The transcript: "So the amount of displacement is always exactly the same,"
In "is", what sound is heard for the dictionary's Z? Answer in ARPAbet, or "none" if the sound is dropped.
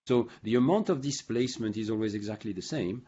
Z